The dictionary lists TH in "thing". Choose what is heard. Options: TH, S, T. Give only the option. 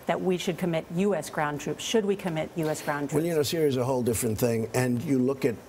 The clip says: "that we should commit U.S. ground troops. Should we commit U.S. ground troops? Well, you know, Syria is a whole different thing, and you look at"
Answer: TH